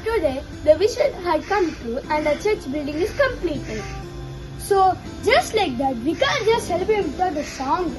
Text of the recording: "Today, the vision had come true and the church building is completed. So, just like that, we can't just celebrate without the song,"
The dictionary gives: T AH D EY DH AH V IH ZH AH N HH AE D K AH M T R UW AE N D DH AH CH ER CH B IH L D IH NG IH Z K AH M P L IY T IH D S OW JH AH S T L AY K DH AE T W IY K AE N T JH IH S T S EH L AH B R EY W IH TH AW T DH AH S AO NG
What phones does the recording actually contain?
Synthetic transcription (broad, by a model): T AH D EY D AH V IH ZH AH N HH AE D K AH M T UW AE N D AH CH ER CH B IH L D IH NG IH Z K AH M P L IY T IH D S OW JH AH S T L AY K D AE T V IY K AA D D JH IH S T S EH L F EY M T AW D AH S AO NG